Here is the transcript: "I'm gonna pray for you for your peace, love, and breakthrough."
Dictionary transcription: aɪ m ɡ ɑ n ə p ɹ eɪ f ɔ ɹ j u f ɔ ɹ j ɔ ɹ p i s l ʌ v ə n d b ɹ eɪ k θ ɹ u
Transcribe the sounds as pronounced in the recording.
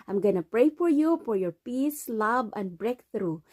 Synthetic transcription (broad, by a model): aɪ m ɡ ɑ n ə p ɹ eɪ f ɔ ɹ j u f ɔ ɹ j ɔ ɹ p i s l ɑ b ə n d b ɹ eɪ k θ ɹ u